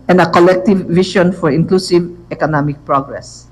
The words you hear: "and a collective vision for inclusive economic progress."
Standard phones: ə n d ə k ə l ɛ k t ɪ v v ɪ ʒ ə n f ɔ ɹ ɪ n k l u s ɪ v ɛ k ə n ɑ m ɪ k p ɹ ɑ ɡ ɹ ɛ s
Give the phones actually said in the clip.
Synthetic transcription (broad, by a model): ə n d ə k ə l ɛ k t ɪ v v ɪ ʃ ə n f ɔ ɹ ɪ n k l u s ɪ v ɛ k ə n ɑ m ɪ k p ɹ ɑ ɡ ɹ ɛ s